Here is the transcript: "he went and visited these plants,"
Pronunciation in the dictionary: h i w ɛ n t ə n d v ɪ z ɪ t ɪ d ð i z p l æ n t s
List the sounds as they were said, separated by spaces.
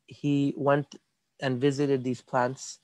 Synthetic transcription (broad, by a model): h i w ɛ n t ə n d v ɪ z ɪ t ɪ d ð i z p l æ n t s